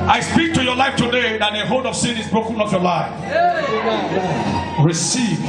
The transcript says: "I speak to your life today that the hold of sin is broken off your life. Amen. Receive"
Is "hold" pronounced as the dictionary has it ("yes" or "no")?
no